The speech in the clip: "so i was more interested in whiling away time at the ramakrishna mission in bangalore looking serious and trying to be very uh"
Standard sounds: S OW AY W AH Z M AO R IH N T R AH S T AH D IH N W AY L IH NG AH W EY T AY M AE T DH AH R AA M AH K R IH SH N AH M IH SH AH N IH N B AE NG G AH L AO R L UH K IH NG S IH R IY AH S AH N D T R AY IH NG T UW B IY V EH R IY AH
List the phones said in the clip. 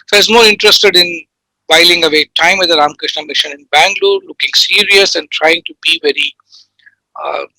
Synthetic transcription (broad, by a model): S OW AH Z M AO R IH N T R AH S T AH D IH N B AY L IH NG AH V EY T AY M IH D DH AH R AA M K R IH SH N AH M IH SH AH N IH N B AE NG G L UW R L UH K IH NG S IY R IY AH S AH N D T R AY IH NG T UW B IY V EH R IY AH